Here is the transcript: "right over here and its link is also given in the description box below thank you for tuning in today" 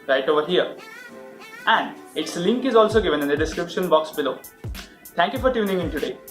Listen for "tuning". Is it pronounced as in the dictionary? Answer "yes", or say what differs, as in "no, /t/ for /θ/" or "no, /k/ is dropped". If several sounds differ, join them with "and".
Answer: yes